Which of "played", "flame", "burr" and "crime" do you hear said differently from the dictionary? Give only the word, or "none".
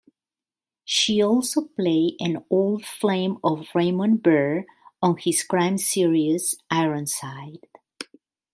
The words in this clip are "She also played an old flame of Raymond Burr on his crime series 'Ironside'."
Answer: played